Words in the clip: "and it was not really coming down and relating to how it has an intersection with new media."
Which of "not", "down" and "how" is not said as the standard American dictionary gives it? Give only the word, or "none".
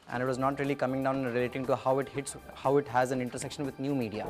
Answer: down